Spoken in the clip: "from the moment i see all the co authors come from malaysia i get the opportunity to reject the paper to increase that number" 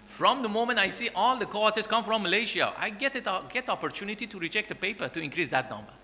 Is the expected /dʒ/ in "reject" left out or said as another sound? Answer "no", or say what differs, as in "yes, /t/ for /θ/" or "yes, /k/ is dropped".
yes, /tʃ/ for /dʒ/